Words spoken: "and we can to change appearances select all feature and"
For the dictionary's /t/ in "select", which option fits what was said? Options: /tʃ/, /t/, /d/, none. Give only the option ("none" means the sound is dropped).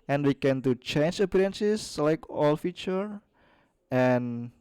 none